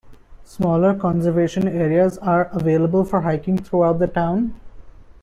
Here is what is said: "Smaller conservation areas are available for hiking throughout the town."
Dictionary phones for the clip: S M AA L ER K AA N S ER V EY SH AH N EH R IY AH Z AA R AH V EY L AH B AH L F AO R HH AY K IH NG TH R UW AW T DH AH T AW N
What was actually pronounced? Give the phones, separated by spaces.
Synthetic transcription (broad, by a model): S M AA L ER K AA N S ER V EY SH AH N EH R IY AH Z AA R AH V EY L AH B AH L F AO R HH AY K IH NG T R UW AW T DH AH T AW N